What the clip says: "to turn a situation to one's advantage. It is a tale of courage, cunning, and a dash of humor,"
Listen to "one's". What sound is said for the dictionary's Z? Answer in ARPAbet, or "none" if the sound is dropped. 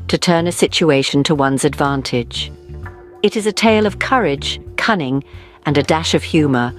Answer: Z